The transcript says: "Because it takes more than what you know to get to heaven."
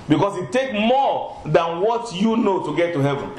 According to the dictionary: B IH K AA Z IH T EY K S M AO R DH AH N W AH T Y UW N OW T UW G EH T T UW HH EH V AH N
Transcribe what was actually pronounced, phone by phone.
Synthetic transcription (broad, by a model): B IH K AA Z IH T EY K M AO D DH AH N W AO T Y UW N OW T UW G EH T T UW HH EH V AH N